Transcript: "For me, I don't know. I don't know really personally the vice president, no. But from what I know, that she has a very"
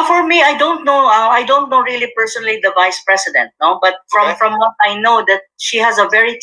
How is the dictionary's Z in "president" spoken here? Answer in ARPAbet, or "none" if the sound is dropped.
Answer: S